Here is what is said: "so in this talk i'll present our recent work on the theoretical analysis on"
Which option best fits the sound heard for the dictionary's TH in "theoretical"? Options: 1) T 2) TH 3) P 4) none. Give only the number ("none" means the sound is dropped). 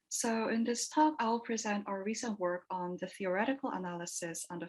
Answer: 2